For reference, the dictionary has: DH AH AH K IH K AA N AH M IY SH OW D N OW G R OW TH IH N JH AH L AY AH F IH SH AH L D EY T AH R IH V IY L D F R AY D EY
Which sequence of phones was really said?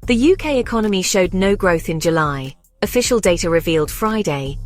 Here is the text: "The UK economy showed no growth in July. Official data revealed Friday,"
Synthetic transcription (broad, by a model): DH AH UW K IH K AA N AH M IY SH OW D N OW G R OW TH IH N JH AH L AY AH F IH SH AH L D EY T AH R IH V IY L D F R AY D EY